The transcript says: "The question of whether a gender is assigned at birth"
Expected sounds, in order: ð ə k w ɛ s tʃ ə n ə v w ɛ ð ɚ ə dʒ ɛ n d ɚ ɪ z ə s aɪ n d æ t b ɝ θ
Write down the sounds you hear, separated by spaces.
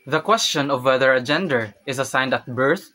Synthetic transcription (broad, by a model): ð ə k w ɛ s tʃ ə n ə v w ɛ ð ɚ ə dʒ ɛ n d ɚ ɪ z ə s aɪ n d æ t b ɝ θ